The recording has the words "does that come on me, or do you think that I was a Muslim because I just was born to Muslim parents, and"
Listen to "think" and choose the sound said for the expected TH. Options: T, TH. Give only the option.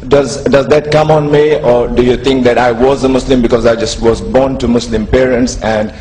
T